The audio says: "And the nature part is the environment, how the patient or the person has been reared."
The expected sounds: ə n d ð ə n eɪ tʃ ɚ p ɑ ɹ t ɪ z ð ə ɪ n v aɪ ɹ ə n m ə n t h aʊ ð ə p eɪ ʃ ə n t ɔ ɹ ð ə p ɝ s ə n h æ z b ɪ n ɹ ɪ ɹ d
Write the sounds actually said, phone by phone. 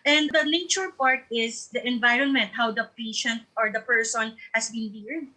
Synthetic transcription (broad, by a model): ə n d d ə n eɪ tʃ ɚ p ɑ ɹ t ɪ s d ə ɪ n v aɪ ɹ ə n m ə n t h aʊ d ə p eɪ ʃ ə n t ɔ ɹ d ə p ɝ s ə n h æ s b ɪ n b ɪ ɹ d